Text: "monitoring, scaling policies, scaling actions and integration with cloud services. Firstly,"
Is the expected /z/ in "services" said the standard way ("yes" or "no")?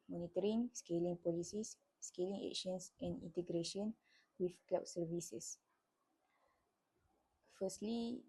no